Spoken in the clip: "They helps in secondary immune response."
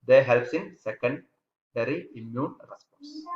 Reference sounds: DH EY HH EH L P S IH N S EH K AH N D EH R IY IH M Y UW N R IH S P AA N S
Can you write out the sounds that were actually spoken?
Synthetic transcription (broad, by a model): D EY HH EH L P S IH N S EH K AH N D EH R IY IH M Y UW N R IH S P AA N S